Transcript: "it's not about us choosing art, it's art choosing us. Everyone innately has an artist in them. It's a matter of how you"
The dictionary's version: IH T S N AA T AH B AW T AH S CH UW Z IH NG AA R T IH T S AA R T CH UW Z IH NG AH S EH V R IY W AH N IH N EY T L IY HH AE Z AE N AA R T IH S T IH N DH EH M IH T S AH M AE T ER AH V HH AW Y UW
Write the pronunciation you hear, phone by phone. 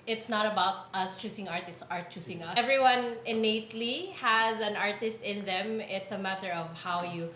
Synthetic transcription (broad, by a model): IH T S N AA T AH B AW T AH S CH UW S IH NG AA R T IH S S AA R T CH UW S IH NG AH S EH V R IY W AH N IH N EY T L IY HH AE Z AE N AA R T IH S T IH N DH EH M IH T S AH M AE T ER AH V HH AW Y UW